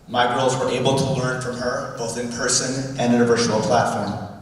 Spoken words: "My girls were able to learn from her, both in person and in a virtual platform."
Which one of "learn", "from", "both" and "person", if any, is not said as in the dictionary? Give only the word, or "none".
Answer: none